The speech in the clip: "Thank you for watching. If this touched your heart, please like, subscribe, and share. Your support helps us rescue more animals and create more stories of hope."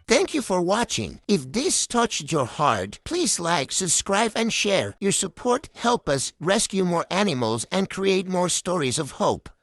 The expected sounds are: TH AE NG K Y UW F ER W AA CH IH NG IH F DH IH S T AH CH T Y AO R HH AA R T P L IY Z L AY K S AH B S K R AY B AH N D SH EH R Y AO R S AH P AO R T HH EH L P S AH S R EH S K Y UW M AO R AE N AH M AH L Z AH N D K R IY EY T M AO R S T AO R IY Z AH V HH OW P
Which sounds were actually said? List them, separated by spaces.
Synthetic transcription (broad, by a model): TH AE NG K Y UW F ER W AA CH IH NG IH F DH IH S T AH CH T Y AO R HH AA R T P L IY Z L AY K S AH B S K R AY B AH N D SH EH R Y AO R S AH P AO R T HH EH L P AH S R EH S K Y UW M AO R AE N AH M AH L Z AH N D K R IY EY T M AO R S T AO R IY Z AH V HH OW P